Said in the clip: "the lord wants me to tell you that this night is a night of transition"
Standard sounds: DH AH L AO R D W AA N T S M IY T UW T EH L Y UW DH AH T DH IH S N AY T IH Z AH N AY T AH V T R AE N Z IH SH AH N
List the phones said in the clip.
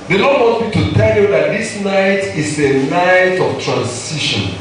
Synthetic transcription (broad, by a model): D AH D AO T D W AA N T M IY T UW T EH L Y UW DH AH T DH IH S N AY T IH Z AH N AY T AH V T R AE N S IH SH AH N